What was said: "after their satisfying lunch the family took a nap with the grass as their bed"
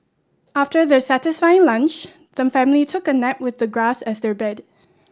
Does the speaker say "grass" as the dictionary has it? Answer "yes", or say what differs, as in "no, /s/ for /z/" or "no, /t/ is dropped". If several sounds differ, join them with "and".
yes